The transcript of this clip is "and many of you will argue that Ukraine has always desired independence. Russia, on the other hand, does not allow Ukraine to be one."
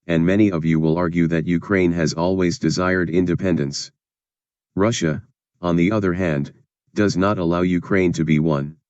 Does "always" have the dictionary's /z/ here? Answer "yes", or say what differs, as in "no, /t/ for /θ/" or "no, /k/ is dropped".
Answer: yes